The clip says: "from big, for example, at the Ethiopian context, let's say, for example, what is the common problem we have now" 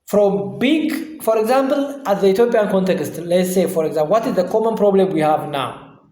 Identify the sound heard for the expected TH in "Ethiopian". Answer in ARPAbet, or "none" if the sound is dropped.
T